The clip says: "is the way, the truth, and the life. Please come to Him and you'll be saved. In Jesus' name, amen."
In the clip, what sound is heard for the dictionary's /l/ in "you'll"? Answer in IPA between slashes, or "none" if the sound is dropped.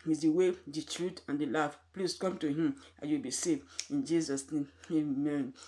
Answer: /w/